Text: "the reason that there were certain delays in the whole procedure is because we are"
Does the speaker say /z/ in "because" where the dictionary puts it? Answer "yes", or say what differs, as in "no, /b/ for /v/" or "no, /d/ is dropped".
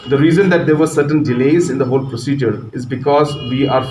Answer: yes